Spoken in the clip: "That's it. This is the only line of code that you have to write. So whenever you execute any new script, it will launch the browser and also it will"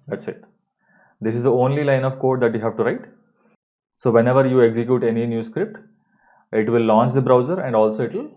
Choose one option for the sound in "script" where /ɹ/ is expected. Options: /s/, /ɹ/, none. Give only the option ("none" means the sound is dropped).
/ɹ/